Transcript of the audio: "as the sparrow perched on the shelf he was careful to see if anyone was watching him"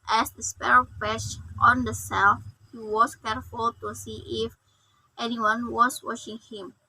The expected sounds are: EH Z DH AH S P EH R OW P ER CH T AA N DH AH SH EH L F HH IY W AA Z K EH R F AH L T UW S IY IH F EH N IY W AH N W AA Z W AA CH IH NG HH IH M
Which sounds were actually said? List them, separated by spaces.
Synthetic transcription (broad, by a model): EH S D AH S P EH R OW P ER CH T AA N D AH S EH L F HH IY W AA S K EH R F AH L T UW S IY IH F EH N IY W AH N W AA S W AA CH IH NG HH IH M